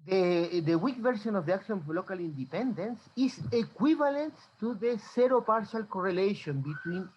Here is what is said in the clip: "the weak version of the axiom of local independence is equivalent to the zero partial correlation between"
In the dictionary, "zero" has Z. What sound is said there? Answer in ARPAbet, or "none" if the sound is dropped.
S